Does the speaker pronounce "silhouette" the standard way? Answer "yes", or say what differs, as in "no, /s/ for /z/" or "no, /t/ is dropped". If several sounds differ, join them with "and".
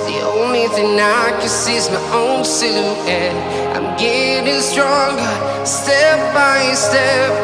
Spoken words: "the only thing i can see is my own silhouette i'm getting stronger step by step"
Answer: no, /l/ is dropped and /t/ is dropped